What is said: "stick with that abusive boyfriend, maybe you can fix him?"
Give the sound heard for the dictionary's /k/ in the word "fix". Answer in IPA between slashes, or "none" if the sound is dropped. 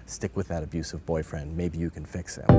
/k/